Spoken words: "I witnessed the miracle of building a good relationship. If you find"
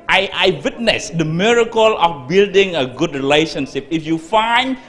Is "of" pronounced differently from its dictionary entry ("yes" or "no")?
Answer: yes